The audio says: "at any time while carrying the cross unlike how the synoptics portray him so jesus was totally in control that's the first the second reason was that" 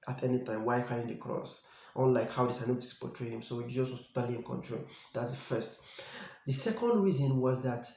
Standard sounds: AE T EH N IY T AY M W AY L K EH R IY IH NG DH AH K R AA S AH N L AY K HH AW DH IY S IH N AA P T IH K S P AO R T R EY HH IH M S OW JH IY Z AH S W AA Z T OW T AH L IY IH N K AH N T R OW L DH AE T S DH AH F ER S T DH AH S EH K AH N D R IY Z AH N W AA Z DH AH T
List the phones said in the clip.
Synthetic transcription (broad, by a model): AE T EH N IY T AY M W AY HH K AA IY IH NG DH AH K R AA S AH N L AY K HH AW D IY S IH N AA T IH S P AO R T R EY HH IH M S OW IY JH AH S W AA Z T OW T AH L IY IH N K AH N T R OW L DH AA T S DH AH F ER S T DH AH S EH K AH N D R IY Z AH N W AA Z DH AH T